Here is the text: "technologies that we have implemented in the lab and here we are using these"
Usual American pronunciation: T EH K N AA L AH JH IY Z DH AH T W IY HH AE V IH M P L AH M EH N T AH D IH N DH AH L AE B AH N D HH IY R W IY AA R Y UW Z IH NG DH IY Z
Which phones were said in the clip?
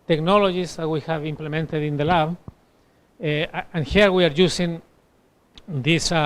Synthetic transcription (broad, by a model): T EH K N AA L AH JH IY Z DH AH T W IY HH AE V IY M P L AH M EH N T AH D IH N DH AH L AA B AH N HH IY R W IY AA R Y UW S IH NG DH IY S